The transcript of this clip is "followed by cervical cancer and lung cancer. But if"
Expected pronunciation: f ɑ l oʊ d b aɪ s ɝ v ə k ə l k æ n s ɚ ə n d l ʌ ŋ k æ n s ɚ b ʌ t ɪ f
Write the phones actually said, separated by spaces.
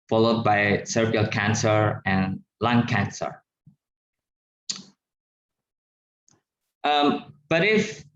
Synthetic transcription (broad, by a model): f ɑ l oʊ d b aɪ s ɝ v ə ə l k æ n s ɚ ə n l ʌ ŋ k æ n s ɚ b ʌ t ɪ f